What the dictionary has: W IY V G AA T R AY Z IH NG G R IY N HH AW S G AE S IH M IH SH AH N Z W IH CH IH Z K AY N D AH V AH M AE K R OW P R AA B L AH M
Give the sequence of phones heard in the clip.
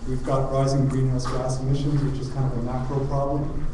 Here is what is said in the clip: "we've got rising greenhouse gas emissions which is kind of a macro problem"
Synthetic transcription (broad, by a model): W IY V G AA T R AY Z IH NG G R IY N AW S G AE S IH M IH SH AH N Z W IH CH IH Z K AY N D AH V AH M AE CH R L P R AA B L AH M